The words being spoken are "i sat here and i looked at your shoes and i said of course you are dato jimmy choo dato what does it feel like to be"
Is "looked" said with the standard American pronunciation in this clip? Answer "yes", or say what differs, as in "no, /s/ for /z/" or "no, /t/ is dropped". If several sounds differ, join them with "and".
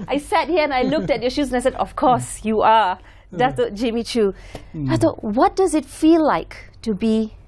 yes